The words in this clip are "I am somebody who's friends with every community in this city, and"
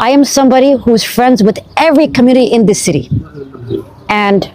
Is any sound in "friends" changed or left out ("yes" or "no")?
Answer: no